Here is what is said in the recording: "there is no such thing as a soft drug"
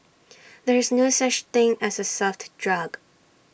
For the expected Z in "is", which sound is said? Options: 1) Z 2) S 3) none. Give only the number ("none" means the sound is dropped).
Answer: 1